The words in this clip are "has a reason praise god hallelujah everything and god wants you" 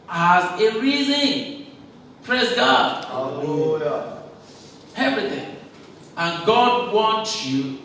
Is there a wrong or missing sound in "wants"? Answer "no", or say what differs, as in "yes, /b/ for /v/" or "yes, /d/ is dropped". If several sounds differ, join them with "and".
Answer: yes, /s/ is dropped